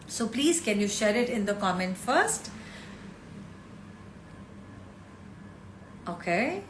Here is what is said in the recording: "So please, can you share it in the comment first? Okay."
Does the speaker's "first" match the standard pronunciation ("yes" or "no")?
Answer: yes